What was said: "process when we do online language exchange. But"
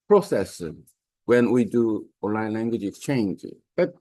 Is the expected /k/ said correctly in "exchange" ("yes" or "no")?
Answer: yes